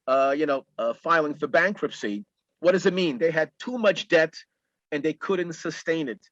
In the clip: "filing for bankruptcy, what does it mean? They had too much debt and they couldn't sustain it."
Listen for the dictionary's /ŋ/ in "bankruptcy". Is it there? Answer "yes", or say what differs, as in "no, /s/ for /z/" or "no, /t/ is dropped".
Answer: yes